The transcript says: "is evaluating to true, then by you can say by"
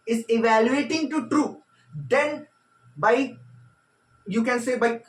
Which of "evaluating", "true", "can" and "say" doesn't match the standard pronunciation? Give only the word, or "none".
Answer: none